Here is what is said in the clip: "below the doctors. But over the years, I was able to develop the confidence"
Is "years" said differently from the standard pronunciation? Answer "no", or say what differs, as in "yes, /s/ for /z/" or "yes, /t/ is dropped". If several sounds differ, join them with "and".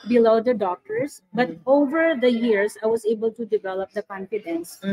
yes, /s/ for /z/